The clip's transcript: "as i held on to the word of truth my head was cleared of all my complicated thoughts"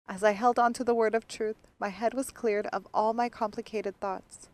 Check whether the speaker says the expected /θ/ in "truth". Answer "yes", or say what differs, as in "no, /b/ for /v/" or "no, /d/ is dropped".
yes